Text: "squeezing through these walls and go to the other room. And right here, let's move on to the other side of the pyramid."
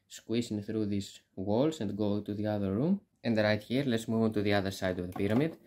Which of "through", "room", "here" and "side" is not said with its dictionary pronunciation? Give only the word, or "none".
none